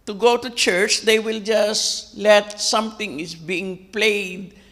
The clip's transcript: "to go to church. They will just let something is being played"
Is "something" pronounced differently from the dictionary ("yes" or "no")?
yes